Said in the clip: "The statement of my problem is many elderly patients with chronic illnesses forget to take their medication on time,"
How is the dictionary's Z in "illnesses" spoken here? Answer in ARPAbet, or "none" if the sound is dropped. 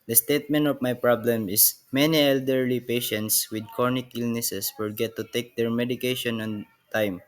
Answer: S